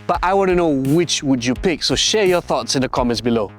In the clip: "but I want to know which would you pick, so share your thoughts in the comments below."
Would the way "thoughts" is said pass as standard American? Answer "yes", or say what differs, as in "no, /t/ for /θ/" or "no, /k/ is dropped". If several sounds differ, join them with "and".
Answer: yes